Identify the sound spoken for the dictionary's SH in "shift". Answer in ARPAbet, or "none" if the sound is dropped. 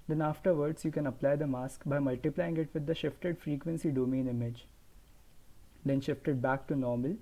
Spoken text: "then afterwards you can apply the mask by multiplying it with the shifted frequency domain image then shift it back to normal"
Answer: SH